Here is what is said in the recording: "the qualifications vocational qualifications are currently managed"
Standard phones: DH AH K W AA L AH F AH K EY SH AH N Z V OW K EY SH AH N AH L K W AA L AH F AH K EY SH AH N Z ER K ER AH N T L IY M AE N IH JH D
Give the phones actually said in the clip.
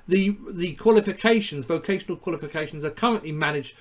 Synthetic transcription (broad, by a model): DH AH K W AA L AH F AH K EY SH AH N Z V OW K EY SH AH N AH L K W AA L AH F AH K EY SH AH N Z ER K ER AH N T L IY M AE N IH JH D